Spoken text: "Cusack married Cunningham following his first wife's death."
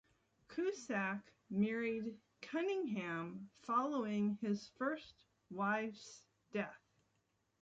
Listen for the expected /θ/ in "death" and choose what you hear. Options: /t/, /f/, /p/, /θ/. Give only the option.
/θ/